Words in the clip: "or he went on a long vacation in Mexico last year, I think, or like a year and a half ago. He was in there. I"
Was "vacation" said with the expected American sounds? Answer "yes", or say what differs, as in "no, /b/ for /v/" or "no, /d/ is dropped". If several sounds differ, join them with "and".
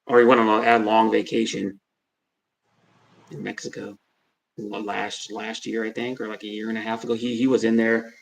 yes